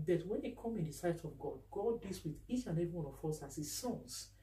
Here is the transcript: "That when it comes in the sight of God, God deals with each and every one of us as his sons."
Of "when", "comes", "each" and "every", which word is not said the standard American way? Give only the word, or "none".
comes